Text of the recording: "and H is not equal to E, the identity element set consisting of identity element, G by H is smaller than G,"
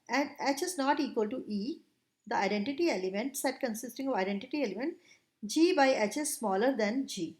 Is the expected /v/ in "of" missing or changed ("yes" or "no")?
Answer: no